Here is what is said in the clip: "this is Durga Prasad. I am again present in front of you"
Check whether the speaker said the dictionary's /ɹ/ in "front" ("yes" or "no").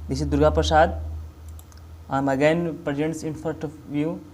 no